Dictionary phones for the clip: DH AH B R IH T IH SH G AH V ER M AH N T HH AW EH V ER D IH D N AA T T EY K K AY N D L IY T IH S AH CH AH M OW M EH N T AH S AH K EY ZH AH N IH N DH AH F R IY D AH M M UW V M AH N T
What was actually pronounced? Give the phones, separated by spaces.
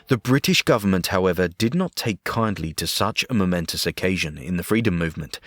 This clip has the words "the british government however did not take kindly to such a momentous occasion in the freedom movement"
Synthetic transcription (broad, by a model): DH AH B R IH T IH SH G AH V ER M AH N T HH AW EH V ER D IH D N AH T T EY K K AY N D L IY T IH S AH CH AH M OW M EH N T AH S AH K EY ZH AH N IH N DH AH F R IY D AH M M UW V M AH N T